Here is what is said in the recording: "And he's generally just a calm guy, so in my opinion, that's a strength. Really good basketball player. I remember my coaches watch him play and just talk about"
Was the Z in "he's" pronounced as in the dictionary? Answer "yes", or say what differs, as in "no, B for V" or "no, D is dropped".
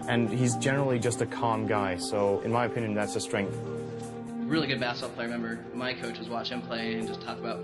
yes